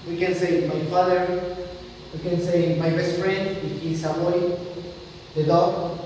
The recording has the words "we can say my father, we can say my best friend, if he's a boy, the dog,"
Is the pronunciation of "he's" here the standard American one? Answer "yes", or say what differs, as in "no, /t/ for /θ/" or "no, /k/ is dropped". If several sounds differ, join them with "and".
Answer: no, /s/ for /z/